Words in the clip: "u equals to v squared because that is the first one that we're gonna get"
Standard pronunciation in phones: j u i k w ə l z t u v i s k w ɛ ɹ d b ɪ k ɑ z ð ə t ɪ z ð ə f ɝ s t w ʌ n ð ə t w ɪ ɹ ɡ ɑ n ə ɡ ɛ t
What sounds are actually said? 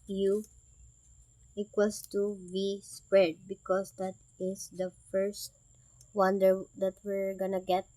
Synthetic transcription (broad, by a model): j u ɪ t w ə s t u b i s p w ɛ ɹ d b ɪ k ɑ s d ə t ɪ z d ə f ɝ s t w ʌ n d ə t w ɪ ɹ ɡ ɑ n ə ɡ ɛ t